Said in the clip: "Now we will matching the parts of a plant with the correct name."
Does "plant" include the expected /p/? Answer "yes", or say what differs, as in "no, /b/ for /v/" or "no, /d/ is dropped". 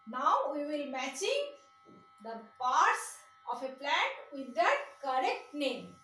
yes